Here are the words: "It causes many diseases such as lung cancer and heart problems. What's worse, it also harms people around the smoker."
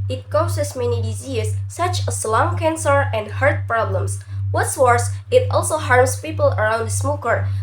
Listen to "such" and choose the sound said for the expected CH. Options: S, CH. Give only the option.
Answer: S